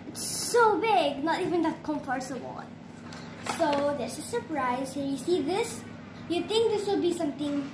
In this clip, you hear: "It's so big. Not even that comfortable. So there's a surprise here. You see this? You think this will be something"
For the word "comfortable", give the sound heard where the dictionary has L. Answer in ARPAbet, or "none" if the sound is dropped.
N